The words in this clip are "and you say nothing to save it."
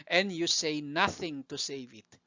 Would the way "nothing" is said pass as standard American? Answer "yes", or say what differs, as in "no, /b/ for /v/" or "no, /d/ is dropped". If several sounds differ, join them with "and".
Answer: yes